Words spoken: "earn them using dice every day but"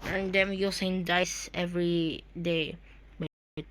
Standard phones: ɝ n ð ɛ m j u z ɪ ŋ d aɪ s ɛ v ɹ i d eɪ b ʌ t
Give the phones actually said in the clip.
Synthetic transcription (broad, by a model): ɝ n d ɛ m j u s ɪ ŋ d aɪ s ɛ v ɹ i d eɪ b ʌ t